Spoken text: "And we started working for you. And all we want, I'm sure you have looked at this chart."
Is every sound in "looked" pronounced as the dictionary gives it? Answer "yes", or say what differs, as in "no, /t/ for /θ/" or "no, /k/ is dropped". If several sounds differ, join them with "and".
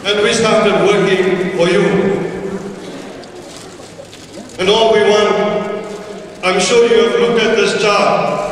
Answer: no, /t/ is dropped